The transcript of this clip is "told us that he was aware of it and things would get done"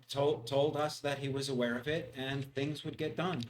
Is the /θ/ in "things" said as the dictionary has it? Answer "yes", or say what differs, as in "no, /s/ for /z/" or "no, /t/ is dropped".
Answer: yes